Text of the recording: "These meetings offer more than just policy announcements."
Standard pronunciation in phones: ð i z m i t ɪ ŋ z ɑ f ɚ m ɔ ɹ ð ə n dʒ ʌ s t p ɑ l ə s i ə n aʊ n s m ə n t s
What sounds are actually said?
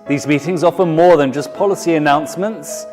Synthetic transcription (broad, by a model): ð i z m i t ɪ ŋ z ɑ f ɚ m ɔ ð ə n dʒ ʌ s p ɑ l ə s i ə n aʊ n s m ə n t s